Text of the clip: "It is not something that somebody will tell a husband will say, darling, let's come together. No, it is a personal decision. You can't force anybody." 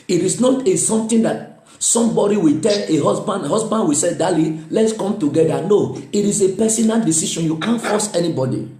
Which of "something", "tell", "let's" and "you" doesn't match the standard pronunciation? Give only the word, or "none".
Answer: something